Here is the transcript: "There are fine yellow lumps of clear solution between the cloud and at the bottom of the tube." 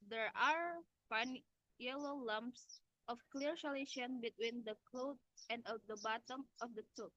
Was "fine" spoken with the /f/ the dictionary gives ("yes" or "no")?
no